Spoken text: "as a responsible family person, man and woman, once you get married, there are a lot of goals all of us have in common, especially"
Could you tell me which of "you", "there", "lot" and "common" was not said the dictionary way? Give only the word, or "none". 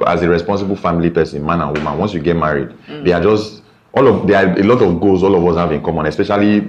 there